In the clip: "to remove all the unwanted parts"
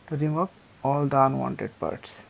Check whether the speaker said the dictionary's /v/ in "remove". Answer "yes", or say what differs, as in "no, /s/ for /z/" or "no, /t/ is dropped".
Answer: no, /p/ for /v/